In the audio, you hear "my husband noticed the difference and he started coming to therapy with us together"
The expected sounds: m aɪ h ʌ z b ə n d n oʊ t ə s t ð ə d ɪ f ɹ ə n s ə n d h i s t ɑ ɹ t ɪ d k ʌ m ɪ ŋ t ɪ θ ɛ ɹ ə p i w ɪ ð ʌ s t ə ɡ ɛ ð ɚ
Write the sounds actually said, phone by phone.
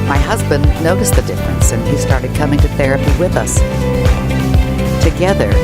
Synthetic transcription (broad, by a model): m aɪ h ʌ z b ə n n oʊ t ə s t ð ə d ɪ f ɹ ə n s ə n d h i s t ɑ ɹ t ɪ d k ʌ m ɪ ŋ t ɪ θ ɛ ɹ ə p i w ɪ ð ʌ s t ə ɡ ɛ ð ɚ